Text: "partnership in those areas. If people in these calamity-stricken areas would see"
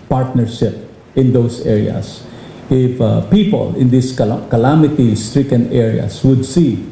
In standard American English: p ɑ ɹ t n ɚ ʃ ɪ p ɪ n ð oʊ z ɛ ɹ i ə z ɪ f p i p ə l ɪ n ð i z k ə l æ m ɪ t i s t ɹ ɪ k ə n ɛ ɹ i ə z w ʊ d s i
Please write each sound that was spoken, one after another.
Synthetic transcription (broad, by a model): p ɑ ɹ t n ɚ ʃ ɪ p ɪ n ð oʊ s ɛ ɹ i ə s ɪ f p i p ə l ɪ n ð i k k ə l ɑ m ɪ t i s t ɹ ɪ k ə n ɛ ɹ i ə s w ʊ d s i